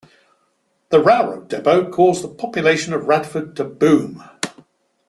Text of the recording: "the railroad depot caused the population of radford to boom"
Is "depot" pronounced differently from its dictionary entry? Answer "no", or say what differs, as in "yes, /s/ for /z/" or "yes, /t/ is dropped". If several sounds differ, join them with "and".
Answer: yes, /b/ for /p/